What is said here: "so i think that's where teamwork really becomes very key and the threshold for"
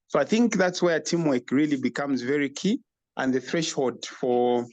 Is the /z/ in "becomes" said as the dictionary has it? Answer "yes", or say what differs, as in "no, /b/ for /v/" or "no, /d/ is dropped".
yes